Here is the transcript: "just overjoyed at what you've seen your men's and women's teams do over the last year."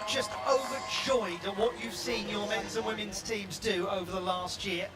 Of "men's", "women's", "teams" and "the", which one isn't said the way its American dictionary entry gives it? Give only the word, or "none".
none